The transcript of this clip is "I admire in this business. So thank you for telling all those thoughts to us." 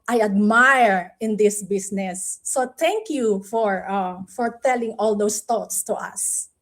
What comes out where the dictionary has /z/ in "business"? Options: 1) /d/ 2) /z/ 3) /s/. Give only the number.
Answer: 3